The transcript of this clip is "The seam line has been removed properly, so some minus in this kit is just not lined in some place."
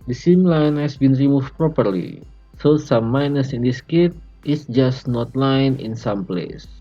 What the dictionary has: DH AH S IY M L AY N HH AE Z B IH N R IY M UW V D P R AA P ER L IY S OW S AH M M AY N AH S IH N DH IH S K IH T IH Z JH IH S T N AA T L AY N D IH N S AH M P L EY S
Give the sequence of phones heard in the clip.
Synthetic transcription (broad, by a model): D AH S IY M L AY N HH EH S B IH N R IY M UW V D P R AA P ER L IY S OW S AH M M AY N AH S IH N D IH S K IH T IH S JH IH S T N AA T L AY N IH N S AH M P L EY S